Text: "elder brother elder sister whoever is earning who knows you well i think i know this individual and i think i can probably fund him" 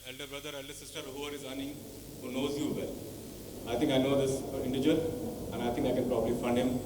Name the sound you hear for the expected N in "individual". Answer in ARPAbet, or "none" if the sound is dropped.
none